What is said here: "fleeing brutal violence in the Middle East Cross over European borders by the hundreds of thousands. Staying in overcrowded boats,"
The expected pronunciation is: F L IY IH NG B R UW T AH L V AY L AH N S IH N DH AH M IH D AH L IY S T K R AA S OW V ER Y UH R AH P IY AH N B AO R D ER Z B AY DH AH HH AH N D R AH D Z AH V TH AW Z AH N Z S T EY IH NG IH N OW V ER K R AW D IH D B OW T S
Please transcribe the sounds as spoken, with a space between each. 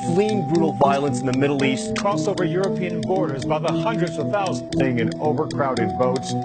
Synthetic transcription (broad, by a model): F L IY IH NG B R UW T L V AY L AH N S N DH AH M IH D L IY S T K R AA S OW V ER Y UH R AH P IY AH N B AO R D ER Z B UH DH AH HH AH N D R AH D Z AH V TH AW Z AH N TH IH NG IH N OW V ER K R AW D IH D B OW T S